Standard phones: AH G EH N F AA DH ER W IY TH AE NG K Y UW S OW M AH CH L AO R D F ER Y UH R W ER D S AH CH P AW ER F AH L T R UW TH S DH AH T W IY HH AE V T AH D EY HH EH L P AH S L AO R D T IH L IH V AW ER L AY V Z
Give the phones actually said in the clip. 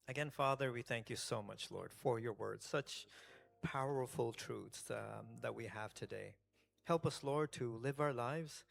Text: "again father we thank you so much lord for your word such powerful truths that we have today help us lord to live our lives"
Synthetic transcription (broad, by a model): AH G EH N F AA DH ER W IY TH AE NG K Y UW S OW M AH CH L AO R D F ER Y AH R W ER D S AH CH P AW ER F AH L T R UW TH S DH AH T W IY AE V T AH D EY HH EH L P AH S L AO R D T IH L IH V AW ER L AY V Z